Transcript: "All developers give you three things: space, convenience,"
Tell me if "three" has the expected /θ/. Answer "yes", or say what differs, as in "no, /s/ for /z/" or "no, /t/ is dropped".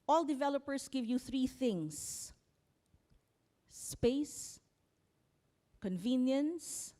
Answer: yes